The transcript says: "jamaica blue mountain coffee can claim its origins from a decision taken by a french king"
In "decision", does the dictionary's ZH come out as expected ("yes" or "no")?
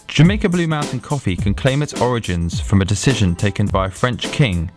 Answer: yes